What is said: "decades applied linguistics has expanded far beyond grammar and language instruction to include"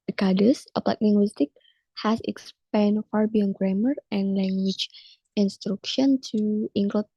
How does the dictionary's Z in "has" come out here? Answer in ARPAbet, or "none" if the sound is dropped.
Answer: S